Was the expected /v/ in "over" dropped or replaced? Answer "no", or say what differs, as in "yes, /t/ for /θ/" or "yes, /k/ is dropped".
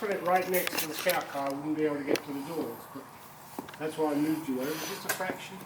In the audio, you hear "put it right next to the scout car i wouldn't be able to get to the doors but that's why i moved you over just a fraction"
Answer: yes, /w/ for /v/